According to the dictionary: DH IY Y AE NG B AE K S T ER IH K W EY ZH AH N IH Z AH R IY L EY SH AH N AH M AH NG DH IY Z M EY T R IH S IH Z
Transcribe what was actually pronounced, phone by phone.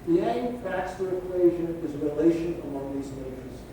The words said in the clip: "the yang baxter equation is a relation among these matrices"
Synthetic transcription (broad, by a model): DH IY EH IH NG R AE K S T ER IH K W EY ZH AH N IH Z AH R IY L EY SH AH N AH M AH NG DH IY Z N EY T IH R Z